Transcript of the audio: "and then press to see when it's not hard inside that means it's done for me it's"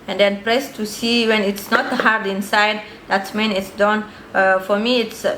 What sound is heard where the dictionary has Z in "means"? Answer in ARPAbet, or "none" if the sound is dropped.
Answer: none